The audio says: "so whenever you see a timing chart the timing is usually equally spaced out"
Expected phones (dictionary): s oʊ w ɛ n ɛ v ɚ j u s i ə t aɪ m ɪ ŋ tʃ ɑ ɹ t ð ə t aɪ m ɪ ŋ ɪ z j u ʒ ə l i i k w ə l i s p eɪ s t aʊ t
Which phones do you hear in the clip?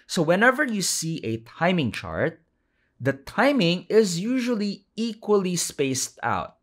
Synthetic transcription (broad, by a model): s oʊ w ɛ n ɛ v ɚ j u s i ə t aɪ m ɪ ŋ tʃ ɑ ɹ t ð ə t aɪ m ɪ ŋ ɪ z j u ʒ ə l i i k w ə l i s p eɪ s t aʊ t